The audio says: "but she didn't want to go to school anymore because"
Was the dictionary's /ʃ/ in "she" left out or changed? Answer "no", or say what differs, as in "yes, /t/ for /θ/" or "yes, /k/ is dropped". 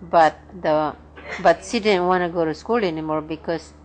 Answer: yes, /s/ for /ʃ/